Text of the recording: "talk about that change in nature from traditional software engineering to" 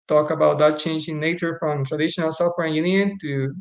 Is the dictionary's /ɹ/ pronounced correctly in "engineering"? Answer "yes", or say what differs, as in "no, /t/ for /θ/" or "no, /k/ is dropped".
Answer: no, /ɹ/ is dropped